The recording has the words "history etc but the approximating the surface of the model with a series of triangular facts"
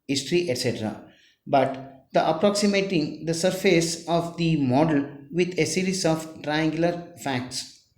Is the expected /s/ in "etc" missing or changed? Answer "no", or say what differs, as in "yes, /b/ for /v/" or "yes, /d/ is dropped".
no